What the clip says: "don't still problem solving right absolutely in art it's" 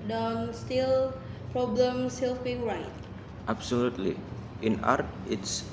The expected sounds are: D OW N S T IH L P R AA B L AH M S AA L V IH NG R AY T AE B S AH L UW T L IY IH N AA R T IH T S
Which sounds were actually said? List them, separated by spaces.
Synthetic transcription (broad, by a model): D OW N S T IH L P R AA B L AH M S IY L P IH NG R AY T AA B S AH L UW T L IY IH N AA R T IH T S